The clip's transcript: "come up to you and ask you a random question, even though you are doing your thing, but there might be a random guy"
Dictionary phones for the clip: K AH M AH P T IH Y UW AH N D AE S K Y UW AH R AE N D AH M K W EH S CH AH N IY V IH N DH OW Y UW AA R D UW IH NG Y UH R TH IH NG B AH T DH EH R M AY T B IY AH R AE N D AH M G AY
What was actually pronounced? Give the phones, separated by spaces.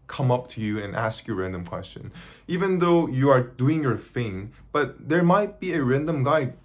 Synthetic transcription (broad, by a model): K AH M AH P T IH Y UW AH N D AE S K Y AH R AE N D AH M K W EH S CH AH N IY V IH N DH OW Y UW AA R D UW IH NG Y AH R TH IH NG B AH T DH EH R M AY T B IY AH R AE N D AH M G AY